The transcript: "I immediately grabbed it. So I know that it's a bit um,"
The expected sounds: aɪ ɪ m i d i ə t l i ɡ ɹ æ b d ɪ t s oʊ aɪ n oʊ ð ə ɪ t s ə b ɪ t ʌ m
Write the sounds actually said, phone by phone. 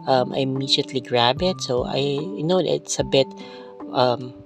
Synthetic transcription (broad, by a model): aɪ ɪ m i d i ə t l i ɡ ɹ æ b ɪ t s oʊ aɪ n oʊ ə ɪ t s ə b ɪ t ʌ m